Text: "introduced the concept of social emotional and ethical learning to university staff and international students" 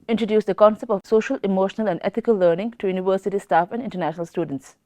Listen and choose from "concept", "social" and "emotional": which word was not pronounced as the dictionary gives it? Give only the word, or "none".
none